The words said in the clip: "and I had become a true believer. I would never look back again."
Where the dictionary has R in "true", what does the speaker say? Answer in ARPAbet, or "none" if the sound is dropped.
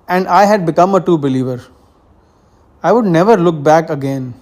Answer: none